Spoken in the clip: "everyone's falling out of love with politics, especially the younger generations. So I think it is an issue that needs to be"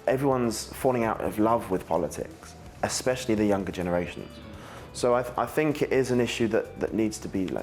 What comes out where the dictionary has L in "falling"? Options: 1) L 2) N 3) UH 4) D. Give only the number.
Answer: 1